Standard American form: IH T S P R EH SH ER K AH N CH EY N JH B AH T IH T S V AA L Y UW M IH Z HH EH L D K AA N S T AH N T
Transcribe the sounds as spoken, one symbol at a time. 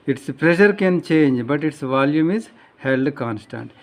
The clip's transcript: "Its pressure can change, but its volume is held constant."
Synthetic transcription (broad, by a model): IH T S P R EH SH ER K AH N CH EY N JH B AH T IH T S V AA L Y UW M IH Z HH EH L D K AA N S T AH N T